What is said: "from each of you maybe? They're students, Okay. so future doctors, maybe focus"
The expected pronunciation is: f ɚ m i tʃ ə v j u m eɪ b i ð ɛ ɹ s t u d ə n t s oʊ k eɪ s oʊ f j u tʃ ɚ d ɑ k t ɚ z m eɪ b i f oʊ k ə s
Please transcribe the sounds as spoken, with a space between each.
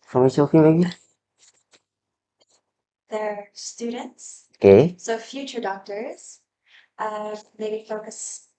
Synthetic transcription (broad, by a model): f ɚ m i s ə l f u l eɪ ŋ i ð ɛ ɹ s t u d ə n t s oʊ k eɪ s oʊ f j u tʃ ɚ d ɑ k t ɚ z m eɪ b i f oʊ k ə s